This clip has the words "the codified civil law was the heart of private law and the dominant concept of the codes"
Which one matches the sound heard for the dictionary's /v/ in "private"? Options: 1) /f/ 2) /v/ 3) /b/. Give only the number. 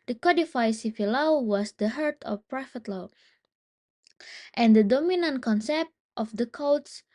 1